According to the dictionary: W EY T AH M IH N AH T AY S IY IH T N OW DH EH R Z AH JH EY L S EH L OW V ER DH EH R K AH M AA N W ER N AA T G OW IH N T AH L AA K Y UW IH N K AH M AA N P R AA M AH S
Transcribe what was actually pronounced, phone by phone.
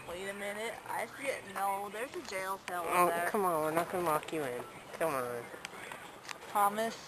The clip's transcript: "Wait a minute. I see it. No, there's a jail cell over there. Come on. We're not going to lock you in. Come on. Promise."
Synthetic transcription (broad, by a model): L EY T AH M IH N AH T AY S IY IH T N OW DH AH R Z AH JH EY L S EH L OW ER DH K AH M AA N W ER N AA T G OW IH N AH W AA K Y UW IH N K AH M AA N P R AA M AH S